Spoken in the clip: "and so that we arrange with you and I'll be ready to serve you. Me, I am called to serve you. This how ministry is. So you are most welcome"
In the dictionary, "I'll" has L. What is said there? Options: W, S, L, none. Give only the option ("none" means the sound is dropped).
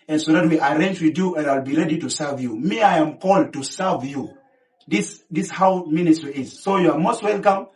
L